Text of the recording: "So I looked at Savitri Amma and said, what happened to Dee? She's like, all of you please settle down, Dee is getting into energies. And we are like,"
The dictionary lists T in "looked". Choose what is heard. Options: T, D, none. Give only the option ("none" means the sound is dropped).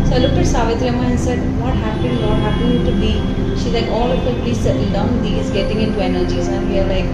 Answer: none